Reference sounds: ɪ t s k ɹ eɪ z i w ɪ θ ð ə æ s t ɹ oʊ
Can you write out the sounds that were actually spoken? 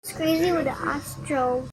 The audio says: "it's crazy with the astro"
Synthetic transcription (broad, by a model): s k ɹ eɪ z i w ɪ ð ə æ s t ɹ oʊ